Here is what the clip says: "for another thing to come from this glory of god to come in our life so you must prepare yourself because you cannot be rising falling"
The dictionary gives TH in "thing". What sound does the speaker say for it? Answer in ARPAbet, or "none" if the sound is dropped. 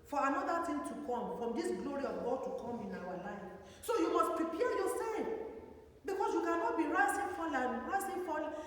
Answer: T